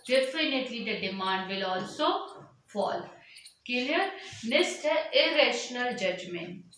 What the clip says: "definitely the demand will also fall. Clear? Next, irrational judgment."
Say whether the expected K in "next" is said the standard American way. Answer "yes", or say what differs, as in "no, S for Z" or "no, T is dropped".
no, K is dropped